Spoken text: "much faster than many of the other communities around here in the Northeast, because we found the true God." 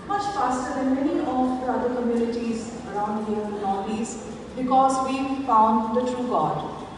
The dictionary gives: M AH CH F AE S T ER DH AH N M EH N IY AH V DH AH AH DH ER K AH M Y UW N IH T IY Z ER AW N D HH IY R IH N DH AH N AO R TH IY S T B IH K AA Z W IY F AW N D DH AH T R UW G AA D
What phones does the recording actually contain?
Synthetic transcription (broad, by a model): M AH CH F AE S T ER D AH N M EH N IY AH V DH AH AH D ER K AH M Y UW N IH T IY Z ER AW N D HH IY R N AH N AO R IY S B IH K AA Z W IY F AW N D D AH T R UW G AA D